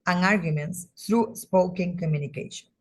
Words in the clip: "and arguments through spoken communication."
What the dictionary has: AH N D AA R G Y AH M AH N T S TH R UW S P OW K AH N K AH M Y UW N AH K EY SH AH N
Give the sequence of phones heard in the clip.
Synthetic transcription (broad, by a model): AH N AA R G Y AH M AH N T S T R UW S P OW K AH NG K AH M Y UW N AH K EY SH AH N